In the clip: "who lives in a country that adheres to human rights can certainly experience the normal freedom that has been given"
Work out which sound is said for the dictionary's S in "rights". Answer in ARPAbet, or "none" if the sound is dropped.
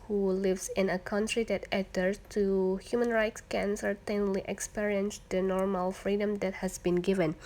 S